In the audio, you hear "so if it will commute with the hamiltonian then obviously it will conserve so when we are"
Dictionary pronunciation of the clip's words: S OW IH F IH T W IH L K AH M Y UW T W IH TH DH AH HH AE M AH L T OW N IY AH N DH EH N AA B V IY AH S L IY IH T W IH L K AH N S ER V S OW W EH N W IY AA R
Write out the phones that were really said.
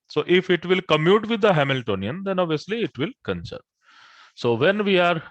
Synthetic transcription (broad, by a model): S OW IH F IH T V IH L K AH M Y UW T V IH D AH HH AE M AH L T OW N IY AH N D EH N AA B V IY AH S L IY IH T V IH L K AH N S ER S OW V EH N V IY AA R